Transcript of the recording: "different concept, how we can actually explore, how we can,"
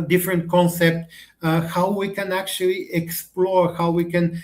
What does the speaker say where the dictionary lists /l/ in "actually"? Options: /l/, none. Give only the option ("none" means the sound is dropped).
/l/